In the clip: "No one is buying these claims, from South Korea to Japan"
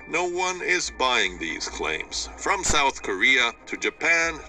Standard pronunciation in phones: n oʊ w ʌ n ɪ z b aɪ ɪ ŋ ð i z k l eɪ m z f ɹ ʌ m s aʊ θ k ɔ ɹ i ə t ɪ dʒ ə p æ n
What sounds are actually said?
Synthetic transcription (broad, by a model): n oʊ w ʌ n ɪ z b aɪ ɪ ŋ ð i z k l eɪ m z f ɹ ʌ m s aʊ θ k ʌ ɹ i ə t ɪ dʒ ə p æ n